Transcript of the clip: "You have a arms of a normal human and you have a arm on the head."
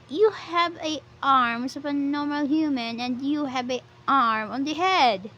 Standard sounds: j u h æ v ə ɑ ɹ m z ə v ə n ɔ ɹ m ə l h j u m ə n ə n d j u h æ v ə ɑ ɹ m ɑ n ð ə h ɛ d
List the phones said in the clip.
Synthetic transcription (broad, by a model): j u h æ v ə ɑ ɹ m s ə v ə n ɔ ɹ m ə l h j u m ə n ə n d j u h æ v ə ɑ ɹ m ɑ n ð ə h ɛ d